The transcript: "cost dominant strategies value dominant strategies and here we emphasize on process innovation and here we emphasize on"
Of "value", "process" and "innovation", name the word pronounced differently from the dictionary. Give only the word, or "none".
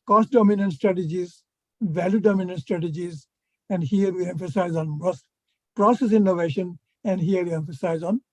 none